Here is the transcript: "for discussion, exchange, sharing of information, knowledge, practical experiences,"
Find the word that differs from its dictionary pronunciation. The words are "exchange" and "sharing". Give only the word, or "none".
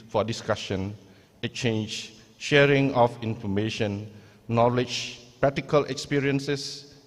exchange